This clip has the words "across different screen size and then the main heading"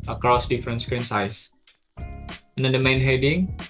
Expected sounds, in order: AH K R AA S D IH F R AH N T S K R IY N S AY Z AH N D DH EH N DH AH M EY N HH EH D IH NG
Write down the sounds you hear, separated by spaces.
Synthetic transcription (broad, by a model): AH K R AA S D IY F R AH N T S K R IY N S AY S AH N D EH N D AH M EY N HH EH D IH NG